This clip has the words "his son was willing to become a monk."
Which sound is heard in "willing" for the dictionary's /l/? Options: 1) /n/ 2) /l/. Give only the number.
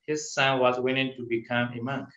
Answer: 1